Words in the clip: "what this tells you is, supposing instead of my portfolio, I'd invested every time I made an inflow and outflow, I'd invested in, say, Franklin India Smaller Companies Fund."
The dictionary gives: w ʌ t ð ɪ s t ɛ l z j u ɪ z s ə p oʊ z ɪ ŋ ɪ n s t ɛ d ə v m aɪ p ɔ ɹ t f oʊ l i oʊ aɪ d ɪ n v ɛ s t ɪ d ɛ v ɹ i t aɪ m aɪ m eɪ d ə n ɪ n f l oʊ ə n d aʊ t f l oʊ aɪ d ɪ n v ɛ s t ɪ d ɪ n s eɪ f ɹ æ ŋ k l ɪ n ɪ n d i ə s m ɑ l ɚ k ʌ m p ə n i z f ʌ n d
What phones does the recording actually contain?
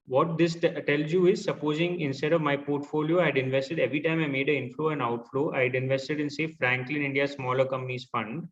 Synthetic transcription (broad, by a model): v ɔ t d ɪ s t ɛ l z j u ɪ z s ə p oʊ z ɪ ŋ ɪ n s t ɛ d ə v m aɪ p ɔ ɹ t f oʊ l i oʊ aɪ d ɪ n v ɛ s t ɪ d ɛ v ɹ i t aɪ m aɪ m eɪ d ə ɪ n f l oʊ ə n aʊ t f l oʊ aɪ d ɪ n v ɛ s t ɪ d ɪ n s eɪ f ɹ æ ŋ k l ɪ n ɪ n d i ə s m ɑ l ɚ k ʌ m p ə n i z f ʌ n d